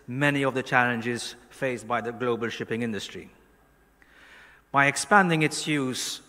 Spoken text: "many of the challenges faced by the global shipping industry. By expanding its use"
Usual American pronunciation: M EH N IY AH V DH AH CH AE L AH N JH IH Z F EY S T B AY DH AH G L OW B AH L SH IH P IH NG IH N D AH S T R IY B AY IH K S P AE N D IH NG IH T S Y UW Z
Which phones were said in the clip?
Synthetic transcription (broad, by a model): M EH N IY AH V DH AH CH AE L AH N JH IH Z F EY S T B AY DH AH G L OW B AH L SH IH P IH NG IH N D AH S T R IY B AY IH K S P AE N D IH NG IH T S Y UW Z